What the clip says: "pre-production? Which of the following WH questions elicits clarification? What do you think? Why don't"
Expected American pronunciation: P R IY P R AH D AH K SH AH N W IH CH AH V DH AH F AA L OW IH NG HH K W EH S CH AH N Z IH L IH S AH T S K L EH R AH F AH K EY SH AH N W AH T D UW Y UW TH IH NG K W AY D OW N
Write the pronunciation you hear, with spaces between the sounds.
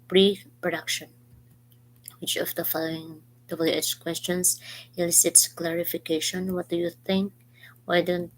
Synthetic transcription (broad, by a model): P R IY P R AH D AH K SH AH N W IH CH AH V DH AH F AA L OW IH NG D K W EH S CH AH N S IH L IH S AH T S K L EH R AH F AH K EY SH AH N W AH T D UW Y UW TH IH NG K W AY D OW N